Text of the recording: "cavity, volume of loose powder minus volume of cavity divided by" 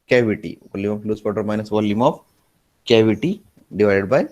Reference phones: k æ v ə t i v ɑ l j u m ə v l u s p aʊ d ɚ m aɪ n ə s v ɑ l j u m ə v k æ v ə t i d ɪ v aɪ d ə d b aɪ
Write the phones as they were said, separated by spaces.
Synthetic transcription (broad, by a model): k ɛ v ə t i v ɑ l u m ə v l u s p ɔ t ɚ m aɪ n ə s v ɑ l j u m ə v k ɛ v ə t i d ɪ v aɪ d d b aɪ